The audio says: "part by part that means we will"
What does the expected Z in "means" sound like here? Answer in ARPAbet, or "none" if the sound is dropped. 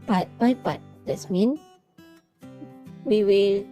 none